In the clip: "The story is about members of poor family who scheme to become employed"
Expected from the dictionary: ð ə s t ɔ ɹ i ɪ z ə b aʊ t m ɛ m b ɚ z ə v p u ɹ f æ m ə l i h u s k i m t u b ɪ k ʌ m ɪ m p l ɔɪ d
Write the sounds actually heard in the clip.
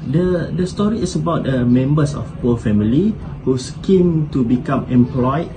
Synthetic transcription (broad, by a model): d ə s t ɔ ɹ i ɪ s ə b aʊ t m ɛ m b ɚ s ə f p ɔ l f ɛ m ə l i h u s k i m t u b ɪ k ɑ m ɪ m p l ɔɪ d